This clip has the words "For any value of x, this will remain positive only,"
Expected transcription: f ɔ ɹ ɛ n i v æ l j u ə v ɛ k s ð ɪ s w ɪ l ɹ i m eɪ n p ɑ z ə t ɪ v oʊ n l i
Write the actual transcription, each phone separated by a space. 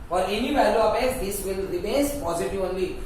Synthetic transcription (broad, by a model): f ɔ ɹ ɛ n i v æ l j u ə p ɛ s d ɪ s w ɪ l ɹ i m eɪ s p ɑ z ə t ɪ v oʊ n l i